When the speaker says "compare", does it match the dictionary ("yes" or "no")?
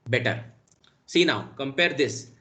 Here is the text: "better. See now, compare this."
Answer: yes